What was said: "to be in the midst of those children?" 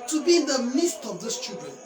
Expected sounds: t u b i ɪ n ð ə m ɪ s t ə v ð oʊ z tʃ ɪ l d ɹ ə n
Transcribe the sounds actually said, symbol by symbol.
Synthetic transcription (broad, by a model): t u b i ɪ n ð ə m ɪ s t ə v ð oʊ s tʃ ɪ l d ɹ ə n